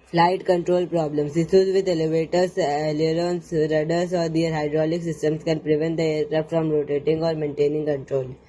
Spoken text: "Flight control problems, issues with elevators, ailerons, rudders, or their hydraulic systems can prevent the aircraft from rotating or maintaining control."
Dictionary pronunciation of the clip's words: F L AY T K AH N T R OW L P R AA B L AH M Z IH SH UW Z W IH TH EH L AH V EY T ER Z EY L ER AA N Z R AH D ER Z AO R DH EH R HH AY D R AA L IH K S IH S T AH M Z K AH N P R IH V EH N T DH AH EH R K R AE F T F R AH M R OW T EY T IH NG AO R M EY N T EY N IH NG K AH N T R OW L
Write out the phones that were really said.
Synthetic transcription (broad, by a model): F L AY T K AH N T R OW L P R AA B L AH M S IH S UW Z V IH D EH L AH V EY T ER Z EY L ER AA N S R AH D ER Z AO R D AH R HH AY D R AA L IH K S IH S T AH M S K AH N P R IH V EH N T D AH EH R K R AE P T F R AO M R OW T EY T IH NG AO R M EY N T EY N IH NG K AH N T R OW L